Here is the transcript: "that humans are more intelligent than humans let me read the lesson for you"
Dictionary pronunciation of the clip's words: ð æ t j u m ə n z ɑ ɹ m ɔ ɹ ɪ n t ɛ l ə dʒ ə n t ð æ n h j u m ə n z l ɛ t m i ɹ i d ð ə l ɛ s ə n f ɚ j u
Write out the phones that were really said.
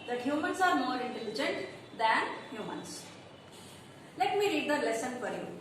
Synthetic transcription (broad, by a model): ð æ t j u m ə n s ɑ ɹ m ɔ ɹ ɪ n t ɛ l ə dʒ ə n t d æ n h j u m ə n s l ɛ t m i ɹ i d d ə l ɛ s ə n p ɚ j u